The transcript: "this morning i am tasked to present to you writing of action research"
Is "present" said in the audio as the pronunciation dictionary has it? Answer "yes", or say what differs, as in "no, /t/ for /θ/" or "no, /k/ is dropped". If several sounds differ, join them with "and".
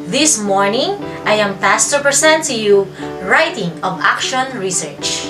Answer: no, /s/ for /z/